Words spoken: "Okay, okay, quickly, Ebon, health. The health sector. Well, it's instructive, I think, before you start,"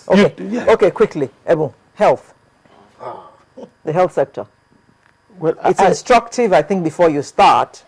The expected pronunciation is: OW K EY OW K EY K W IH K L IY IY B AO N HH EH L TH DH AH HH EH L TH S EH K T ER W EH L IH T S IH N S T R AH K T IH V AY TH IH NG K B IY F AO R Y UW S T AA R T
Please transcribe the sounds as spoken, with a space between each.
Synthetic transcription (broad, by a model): OW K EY OW K EY K W IH K L IY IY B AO HH EH L TH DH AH HH EH L TH S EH K T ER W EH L IH T S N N S T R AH K T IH V AY TH IH NG K B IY F AO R Y UW S T AA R T